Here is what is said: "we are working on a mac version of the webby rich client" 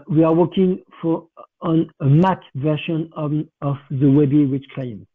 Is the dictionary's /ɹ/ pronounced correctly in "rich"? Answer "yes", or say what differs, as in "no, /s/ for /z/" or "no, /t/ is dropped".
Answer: no, /w/ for /ɹ/